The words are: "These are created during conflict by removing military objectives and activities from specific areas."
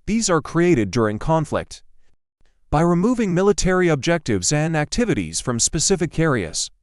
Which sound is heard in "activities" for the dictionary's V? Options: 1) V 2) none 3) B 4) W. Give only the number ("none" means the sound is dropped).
1